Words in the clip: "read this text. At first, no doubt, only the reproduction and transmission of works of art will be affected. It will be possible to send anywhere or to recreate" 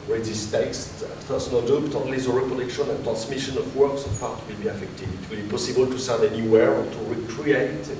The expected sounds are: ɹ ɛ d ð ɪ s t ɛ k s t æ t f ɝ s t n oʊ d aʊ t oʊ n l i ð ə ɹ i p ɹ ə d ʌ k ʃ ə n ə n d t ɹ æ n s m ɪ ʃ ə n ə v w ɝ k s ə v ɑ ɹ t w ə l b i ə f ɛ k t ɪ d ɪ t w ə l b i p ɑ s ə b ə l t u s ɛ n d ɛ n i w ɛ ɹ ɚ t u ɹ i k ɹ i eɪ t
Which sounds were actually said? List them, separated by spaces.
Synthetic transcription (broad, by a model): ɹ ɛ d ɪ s t ɛ k s t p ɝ s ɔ n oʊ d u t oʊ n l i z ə ɹ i p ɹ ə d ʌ k ʃ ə n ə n t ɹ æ n s m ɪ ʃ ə n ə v w ɝ k s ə p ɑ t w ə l b i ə f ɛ k t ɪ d ɪ t w ə l b i p ɑ s ə b ə l t u s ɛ d ɛ n i w ɛ ɹ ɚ t u ɹ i k ɹ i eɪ t